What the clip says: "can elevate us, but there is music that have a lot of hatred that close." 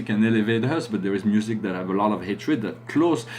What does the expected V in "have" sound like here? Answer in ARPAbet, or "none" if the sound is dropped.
V